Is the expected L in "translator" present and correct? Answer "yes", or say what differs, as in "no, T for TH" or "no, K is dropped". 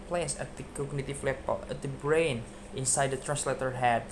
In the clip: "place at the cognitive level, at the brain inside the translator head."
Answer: yes